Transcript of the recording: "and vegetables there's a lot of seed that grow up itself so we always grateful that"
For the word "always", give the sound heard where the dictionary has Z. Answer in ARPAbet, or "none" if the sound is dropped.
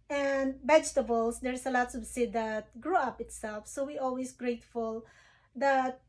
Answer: S